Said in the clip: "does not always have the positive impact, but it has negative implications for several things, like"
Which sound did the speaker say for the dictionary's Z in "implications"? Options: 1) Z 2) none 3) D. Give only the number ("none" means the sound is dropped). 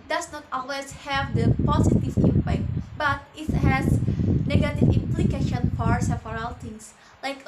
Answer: 2